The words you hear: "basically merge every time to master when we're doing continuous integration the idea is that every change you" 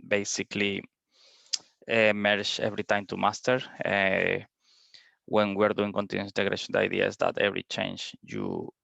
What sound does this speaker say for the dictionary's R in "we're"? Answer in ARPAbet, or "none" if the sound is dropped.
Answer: R